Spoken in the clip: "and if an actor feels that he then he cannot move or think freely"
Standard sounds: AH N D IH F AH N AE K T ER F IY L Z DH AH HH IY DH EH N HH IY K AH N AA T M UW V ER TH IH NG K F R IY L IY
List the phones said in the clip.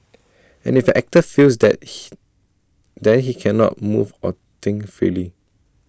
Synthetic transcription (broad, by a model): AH N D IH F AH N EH K T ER F IY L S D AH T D EH N HH IY K AH N AA T M UW V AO T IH NG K F R IY L IY